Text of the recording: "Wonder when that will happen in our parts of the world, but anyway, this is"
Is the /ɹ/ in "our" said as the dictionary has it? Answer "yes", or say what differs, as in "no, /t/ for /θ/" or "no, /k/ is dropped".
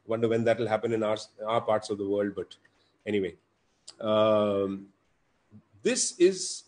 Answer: yes